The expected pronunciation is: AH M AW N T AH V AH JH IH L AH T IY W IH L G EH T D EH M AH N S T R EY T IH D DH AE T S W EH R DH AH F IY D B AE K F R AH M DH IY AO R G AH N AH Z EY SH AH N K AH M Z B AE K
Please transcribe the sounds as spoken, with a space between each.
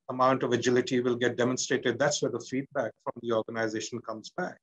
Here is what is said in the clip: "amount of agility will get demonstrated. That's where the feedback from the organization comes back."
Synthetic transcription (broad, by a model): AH M AW N T AH V AH JH IH L AH T IY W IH L G EH T D EH M AH N S T R EY T IH D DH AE T S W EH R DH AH F IY D B AE K F R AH M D IY AO R G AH N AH Z EY SH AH N K AH M Z B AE K